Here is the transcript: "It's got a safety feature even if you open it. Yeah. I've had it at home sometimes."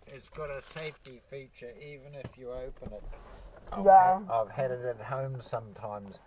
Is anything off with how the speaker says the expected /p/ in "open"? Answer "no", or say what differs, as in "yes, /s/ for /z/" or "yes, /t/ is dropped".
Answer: no